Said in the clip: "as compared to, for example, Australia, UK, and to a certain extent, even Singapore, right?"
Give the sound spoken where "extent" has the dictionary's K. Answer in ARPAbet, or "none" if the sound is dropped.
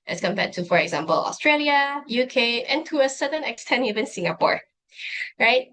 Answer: K